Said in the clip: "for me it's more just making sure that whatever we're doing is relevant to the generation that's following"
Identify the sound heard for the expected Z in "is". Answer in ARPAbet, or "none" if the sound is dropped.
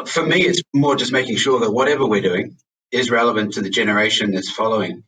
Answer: Z